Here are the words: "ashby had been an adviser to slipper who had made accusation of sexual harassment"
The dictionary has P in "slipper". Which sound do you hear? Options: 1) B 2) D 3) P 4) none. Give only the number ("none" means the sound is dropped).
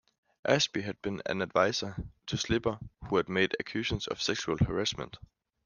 1